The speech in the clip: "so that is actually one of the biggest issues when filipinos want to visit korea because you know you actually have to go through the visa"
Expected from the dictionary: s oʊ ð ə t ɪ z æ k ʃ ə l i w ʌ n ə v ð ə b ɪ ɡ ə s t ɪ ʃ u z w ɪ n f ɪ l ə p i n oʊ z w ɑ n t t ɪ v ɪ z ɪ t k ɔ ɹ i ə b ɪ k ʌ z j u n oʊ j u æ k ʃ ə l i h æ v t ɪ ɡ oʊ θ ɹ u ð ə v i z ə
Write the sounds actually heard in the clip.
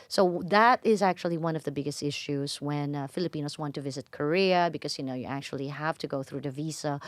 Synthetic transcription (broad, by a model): s oʊ ð ə t ɪ z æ k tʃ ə l i w ʌ n ə v ð ə b ɪ ɡ ə s t ɪ ʃ u z w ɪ n f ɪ l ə p i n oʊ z w ɑ n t t ɪ v ɪ z ɪ t k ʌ ɹ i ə b ɪ k ʌ z j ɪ n oʊ j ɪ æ k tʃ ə l i h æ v t ɪ ɡ oʊ θ ɹ u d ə v i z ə